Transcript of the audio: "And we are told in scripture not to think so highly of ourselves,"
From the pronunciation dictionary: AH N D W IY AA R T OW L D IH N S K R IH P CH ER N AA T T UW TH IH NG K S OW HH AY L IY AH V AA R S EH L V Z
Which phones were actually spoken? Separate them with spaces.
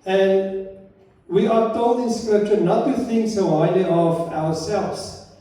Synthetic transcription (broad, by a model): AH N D W IY AA R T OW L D IH N S K R IH P CH ER N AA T T UW TH IH NG K S OW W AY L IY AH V AA R S EH L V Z